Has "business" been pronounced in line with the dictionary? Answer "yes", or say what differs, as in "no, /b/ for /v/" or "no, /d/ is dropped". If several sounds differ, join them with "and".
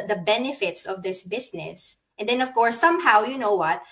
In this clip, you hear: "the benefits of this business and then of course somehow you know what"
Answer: no, /s/ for /z/